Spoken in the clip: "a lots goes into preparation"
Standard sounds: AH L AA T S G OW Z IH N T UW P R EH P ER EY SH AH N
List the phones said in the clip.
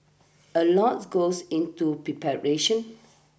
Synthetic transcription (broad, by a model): AH L AA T G OW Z IH N T UW P R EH P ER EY SH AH N